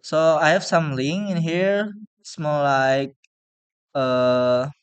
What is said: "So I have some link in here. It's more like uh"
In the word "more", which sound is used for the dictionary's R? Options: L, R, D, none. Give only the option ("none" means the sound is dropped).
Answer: L